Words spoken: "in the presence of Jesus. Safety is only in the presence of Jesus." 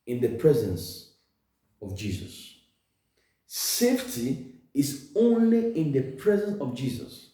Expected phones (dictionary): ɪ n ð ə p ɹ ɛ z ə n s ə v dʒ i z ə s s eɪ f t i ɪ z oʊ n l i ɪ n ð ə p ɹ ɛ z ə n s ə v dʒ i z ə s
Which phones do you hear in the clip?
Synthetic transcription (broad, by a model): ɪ n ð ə p ɹ ɛ z ə n s ə v dʒ i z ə s s eɪ f t i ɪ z oʊ n l i ɪ n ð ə p ɹ ɛ z ə n s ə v dʒ i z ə s